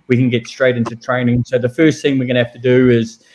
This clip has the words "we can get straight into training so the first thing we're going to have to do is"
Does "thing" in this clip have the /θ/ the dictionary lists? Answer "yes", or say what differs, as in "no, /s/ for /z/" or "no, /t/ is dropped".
yes